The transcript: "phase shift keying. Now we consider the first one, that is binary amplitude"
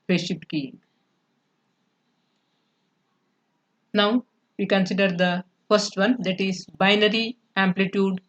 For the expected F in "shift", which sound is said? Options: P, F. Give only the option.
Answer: P